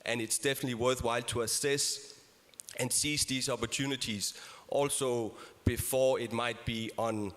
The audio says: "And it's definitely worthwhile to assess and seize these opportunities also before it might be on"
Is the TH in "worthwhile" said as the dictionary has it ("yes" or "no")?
yes